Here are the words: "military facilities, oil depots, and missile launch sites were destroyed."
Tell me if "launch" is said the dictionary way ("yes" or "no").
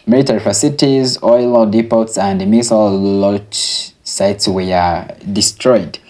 no